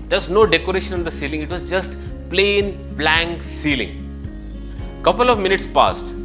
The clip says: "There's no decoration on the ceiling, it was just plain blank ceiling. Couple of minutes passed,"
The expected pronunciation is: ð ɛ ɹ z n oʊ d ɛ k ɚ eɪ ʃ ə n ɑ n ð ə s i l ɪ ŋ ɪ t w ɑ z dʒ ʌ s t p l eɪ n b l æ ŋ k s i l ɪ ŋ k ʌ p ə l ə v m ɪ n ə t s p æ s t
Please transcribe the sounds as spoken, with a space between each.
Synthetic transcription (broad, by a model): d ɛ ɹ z n oʊ d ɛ k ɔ eɪ ʃ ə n ɑ n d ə s i l ɪ ŋ ɪ t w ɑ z dʒ ʌ s t p l eɪ n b l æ ŋ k s i l ɪ ŋ k ʌ p ə l ə v m ɪ n ə t s p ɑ s t